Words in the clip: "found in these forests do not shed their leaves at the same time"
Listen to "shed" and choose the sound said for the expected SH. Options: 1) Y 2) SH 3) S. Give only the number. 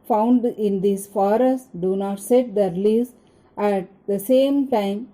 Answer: 3